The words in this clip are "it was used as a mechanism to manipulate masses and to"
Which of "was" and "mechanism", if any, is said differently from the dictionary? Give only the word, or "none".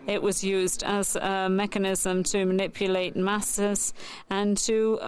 none